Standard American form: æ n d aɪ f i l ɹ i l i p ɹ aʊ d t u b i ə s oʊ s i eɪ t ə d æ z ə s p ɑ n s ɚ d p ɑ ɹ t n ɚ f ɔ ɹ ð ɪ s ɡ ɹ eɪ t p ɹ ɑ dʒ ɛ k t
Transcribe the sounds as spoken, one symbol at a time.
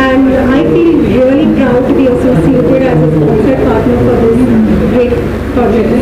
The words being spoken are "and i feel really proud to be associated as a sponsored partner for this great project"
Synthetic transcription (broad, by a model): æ n d aɪ f i l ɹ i l i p ɹ aʊ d t u b i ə s oʊ s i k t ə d æ z ə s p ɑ s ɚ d p ɑ ɹ t n ɚ f ɔ ɹ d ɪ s ɡ ɹ eɪ t p ɹ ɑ dʒ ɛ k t